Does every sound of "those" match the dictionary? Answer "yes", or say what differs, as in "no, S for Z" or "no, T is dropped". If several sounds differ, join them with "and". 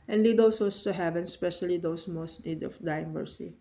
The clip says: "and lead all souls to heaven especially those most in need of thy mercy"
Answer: no, S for Z